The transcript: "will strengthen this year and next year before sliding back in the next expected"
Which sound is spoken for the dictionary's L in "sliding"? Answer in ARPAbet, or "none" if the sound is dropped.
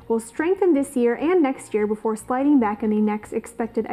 L